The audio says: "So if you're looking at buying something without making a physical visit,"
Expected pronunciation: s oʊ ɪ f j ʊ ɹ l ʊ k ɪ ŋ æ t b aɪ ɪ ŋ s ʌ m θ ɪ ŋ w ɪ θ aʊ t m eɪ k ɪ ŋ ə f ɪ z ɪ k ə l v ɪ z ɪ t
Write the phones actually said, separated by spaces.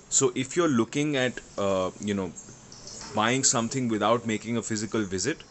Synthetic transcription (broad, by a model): s oʊ ɪ f j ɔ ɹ l ʊ k ɪ ŋ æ t b aɪ ɪ ŋ s ʌ m t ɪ ŋ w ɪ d aʊ t m eɪ k ɪ ŋ ə f ɪ z ɪ k ə l v ɪ z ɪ t